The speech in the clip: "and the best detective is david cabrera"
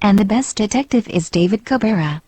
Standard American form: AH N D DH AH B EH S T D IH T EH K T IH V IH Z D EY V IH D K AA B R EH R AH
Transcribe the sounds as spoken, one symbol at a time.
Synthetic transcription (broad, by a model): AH N DH AH B EH S D IH T EH K T IH V IH Z D EY V IH D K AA B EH R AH